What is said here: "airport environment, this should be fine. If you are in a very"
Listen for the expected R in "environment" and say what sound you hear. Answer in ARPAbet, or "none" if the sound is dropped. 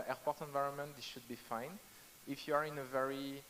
R